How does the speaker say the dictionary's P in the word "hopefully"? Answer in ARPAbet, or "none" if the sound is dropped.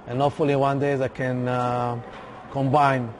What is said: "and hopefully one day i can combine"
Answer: none